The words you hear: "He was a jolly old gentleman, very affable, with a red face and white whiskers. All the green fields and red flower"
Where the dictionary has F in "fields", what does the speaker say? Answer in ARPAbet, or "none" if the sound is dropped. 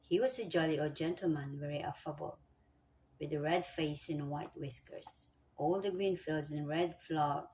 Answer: F